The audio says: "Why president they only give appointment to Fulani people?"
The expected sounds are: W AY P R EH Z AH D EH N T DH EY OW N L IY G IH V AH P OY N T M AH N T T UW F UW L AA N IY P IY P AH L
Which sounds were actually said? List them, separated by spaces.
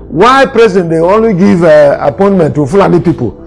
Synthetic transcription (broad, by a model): W AY P R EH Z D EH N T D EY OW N W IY G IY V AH P OY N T M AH N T T UW F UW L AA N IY P IY P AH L